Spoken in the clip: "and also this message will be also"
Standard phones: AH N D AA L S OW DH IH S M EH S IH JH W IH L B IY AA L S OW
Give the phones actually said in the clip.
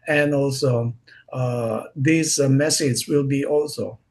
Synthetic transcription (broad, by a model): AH N AA L S OW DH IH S M EH S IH Z W IH L B IY AA L S OW